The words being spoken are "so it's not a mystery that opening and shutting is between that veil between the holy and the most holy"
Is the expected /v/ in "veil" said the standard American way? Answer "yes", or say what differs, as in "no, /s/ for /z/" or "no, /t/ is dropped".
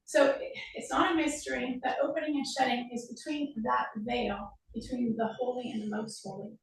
yes